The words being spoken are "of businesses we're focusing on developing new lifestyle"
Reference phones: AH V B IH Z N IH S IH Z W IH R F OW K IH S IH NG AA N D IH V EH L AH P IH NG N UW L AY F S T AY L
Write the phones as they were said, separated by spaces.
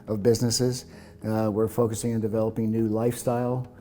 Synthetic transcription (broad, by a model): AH V B IH Z N IH S IH Z W IH R F OW K IH S IH NG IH N D IH V EH L AH P IH NG N UW L AY F S T AY L